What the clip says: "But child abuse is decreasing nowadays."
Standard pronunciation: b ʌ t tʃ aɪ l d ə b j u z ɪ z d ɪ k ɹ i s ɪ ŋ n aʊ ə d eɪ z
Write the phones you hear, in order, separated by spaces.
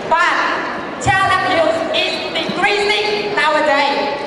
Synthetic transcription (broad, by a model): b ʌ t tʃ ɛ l ə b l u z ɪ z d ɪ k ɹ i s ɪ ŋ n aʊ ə d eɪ